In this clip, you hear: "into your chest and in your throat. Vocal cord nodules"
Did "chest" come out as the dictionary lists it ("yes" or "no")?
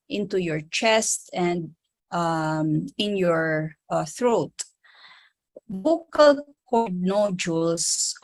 yes